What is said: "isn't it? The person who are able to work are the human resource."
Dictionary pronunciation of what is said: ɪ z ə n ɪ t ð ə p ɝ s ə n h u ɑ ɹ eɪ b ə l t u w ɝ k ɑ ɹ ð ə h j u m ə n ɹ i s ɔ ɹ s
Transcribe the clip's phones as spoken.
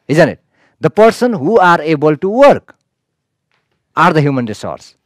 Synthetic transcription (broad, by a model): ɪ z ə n ɪ t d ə p ɝ s ə n h u ɑ ɹ eɪ b ə l t u w ɝ k ɑ ɹ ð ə h j u m ə n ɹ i s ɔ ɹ s